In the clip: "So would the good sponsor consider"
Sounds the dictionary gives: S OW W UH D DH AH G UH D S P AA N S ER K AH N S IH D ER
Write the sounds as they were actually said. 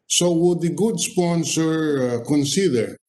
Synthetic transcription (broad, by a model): S OW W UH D DH AH G UH D S P AA N S ER K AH N S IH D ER